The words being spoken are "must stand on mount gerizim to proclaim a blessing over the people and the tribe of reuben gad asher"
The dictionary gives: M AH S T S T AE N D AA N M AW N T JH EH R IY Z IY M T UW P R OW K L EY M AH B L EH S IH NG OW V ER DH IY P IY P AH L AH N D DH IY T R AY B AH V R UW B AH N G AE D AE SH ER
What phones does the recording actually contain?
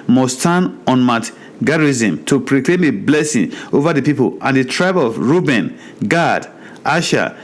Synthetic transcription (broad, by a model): M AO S S T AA N AA N M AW T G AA R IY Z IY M T UW P R OW K L EY M AH B L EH S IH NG OW V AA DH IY P IY P AH L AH N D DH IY T R AY B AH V R UW B AH N G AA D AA SH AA